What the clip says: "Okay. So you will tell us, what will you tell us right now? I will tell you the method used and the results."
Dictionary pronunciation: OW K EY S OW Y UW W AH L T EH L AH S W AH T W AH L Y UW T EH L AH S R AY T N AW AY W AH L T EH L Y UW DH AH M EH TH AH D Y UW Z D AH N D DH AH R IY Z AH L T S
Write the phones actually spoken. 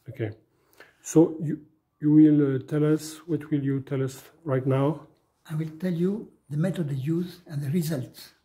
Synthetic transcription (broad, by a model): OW K EY S OW Y UW W AH L T EH L AH S W AH T W AH L Y UW T EH L AH S R AY T N AW AY W AH L T EH L Y UW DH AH M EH T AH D Y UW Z AH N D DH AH R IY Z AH L T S